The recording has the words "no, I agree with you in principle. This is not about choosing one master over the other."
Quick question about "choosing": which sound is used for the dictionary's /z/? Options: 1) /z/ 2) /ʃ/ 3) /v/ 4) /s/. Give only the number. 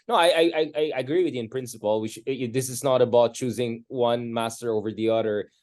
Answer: 1